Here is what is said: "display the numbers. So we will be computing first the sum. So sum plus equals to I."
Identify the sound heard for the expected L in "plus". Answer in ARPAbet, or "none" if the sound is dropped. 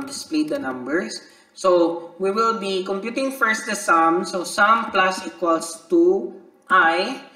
L